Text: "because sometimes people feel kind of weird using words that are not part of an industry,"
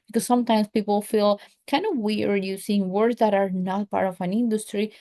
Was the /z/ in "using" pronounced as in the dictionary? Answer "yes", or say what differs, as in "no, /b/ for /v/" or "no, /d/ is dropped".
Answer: no, /s/ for /z/